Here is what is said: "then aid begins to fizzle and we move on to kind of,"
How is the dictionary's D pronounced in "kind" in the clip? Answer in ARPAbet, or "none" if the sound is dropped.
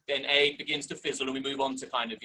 D